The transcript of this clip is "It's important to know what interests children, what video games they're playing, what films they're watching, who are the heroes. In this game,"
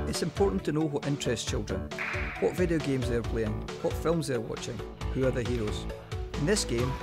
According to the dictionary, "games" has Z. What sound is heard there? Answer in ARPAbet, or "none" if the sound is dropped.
Z